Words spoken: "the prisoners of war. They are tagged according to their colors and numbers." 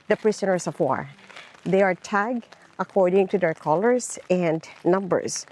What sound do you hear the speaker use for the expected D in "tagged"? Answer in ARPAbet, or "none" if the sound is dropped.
none